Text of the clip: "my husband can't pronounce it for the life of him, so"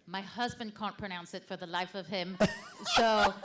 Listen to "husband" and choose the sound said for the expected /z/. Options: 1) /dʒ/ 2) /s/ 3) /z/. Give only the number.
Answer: 3